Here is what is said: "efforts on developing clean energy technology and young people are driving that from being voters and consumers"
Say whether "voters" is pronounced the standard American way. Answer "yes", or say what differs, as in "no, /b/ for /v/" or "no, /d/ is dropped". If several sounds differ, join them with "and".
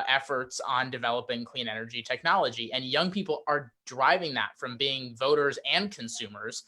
yes